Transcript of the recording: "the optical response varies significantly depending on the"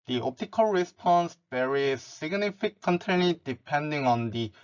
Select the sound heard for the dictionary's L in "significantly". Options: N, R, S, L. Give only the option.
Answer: N